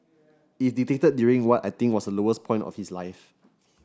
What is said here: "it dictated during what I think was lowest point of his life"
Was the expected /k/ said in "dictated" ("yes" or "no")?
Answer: no